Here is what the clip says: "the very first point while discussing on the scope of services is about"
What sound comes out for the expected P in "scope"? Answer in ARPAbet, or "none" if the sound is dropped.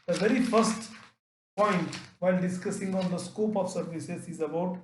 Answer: P